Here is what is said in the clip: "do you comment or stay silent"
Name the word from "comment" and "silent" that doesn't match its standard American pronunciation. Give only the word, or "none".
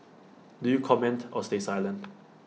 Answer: silent